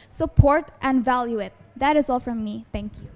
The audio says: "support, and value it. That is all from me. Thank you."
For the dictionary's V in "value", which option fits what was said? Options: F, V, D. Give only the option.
V